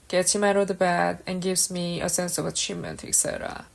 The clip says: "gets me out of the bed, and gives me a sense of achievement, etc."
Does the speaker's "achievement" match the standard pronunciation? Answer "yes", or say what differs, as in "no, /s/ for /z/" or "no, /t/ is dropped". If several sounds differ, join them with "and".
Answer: yes